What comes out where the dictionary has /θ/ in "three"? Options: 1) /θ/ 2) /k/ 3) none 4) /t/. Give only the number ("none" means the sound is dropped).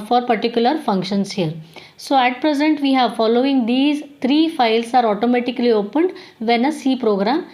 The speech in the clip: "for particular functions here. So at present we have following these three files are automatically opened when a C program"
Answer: 4